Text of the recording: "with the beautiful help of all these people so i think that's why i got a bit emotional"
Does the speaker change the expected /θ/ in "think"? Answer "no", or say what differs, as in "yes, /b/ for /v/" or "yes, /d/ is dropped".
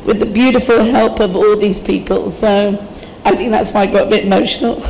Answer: no